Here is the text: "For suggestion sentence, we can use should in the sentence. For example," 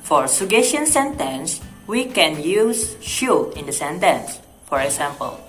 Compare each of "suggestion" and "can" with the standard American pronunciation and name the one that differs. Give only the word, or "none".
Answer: suggestion